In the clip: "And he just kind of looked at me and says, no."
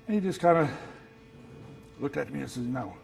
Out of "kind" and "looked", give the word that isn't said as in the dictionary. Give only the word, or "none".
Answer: none